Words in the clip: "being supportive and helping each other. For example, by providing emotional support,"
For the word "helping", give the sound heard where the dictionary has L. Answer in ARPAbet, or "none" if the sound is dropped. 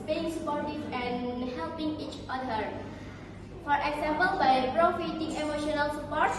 L